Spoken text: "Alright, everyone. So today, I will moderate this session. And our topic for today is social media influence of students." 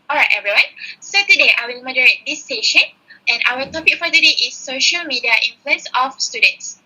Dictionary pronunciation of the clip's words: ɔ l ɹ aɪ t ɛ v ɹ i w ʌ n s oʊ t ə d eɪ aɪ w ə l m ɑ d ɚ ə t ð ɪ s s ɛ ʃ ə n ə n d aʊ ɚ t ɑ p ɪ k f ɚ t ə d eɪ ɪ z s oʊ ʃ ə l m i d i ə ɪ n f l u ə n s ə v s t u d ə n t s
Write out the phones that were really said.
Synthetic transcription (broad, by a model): ɔ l ɹ aɪ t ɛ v ɹ i w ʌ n s oʊ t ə d eɪ aɪ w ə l m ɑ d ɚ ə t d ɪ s s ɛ ʃ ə n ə n aʊ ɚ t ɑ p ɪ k f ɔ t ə d eɪ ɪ s oʊ ʃ ə l m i d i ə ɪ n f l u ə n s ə f s t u d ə n t s